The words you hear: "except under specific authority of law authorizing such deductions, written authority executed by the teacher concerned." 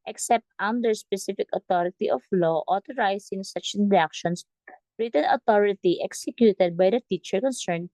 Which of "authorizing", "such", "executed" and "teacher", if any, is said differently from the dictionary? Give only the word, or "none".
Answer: authorizing